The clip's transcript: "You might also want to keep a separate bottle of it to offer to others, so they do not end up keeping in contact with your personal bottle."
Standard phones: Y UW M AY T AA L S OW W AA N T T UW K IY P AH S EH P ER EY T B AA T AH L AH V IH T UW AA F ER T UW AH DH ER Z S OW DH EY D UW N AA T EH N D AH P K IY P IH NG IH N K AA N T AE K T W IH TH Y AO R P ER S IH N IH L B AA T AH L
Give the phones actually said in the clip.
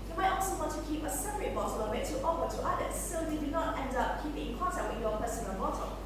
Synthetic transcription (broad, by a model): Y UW M AY T AA L S OW W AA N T T UW K IY P AH S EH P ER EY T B AA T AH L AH W IH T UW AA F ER T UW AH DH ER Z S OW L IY D UW N AA T EH N D AH P K IY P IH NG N K AA N T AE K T W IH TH Y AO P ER S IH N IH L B AA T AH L